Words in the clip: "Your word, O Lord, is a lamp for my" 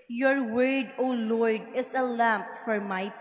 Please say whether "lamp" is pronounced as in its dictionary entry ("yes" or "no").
yes